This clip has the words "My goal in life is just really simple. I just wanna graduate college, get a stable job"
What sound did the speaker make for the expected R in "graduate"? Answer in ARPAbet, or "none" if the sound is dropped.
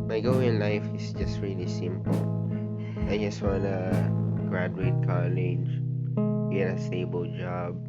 R